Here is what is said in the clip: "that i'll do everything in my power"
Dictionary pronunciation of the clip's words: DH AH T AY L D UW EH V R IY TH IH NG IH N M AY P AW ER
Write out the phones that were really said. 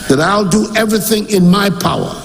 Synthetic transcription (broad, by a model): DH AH T AY L D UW EH V R IY TH IH NG IH N M AY P AW ER